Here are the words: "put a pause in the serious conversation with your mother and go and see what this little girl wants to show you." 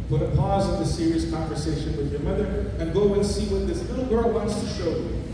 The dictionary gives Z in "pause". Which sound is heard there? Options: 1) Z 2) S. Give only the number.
1